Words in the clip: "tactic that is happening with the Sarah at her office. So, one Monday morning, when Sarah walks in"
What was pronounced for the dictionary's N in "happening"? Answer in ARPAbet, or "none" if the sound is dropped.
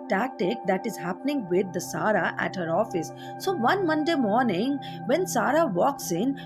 N